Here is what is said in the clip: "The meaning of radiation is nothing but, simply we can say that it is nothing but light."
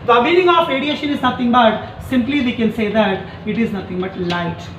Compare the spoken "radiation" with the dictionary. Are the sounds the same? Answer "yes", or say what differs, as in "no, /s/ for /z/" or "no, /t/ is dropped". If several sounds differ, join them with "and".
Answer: yes